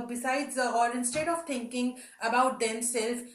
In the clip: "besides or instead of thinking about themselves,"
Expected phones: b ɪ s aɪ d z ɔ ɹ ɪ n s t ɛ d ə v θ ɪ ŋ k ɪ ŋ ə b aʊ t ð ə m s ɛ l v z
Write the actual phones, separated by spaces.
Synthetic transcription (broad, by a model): b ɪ s aɪ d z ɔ l ɪ n s t ɛ d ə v t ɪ ŋ k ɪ ŋ ə b aʊ t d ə m s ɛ l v